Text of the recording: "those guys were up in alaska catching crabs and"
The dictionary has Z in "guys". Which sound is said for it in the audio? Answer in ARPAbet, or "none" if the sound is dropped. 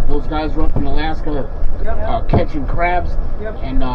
Z